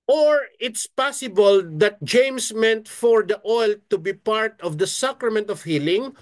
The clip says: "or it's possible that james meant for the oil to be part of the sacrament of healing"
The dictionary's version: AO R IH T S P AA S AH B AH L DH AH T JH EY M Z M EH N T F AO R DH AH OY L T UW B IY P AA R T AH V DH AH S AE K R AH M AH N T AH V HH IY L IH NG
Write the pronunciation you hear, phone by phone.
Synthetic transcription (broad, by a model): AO R IH T S P AA S AH B AH L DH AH T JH EY M S M EH N T F AO R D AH OY L T UW B IY P AA R T AH V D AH S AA K R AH M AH N T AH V HH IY L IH NG